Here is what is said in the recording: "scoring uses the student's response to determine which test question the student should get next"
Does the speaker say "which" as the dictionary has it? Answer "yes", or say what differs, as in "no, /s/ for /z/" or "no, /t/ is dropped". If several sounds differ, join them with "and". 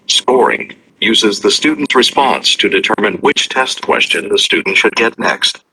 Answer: yes